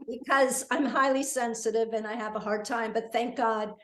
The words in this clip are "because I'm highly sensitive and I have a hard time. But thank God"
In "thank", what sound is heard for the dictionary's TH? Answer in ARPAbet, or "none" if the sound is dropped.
TH